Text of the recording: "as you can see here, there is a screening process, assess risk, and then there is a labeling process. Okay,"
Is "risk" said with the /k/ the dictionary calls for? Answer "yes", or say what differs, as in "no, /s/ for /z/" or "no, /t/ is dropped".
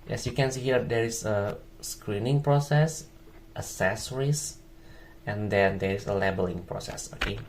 no, /k/ is dropped